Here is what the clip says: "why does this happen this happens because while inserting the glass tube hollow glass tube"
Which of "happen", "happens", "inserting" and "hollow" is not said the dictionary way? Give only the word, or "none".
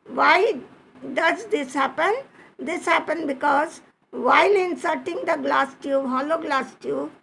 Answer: happens